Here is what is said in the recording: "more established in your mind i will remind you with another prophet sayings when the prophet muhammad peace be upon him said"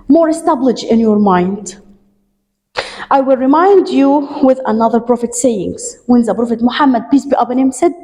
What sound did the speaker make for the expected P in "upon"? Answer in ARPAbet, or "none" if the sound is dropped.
B